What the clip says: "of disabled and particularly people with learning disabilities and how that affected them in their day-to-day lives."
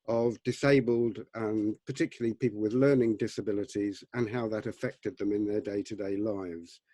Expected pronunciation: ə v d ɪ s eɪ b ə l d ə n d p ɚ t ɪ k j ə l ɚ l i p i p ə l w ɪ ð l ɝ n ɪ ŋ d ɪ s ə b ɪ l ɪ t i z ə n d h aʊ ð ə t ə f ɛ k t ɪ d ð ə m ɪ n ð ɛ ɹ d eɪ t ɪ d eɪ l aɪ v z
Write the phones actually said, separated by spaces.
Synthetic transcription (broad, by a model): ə v d ɪ s eɪ b ə l d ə p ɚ t ɪ k j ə l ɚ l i p i p l w ɪ ð l ɝ n ɪ ŋ d ɪ s ə b ɪ l ɪ t i z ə n h aʊ ð ə t ə f ɛ k t ɪ d ð ə m ɪ n ð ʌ ɹ d eɪ t ɪ d eɪ l aɪ v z